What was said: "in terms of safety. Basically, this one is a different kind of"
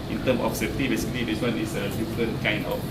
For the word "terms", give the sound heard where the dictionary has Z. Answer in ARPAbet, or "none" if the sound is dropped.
none